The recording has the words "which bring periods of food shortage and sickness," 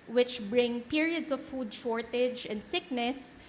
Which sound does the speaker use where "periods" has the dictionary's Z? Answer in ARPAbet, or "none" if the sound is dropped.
S